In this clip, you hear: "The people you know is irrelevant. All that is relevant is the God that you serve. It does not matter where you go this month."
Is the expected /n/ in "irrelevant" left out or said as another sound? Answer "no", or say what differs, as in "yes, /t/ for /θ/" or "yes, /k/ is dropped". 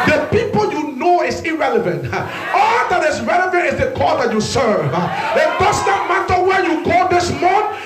no